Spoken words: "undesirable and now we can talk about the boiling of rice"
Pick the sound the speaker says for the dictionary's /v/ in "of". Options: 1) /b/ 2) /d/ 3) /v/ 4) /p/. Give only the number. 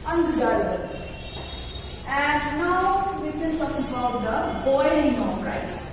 4